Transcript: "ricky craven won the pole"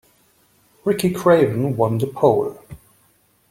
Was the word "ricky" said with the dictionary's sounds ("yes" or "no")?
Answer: yes